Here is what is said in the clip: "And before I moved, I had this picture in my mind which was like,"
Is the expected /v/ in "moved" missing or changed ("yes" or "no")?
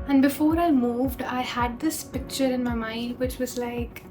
no